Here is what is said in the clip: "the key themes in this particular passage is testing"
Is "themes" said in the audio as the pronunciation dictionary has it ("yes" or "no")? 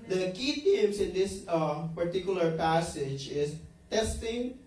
no